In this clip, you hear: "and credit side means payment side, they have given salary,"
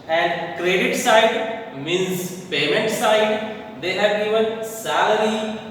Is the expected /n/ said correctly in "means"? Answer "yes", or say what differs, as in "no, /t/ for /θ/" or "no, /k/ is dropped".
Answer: no, /n/ is dropped